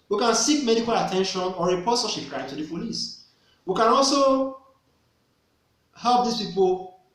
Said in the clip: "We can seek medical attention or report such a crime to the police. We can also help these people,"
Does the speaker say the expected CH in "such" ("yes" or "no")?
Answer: no